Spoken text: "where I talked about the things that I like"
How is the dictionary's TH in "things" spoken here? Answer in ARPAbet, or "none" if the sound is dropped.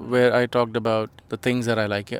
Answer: T